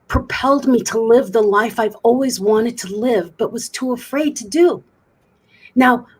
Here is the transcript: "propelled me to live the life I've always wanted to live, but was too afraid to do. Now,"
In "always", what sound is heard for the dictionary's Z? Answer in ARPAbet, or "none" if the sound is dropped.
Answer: Z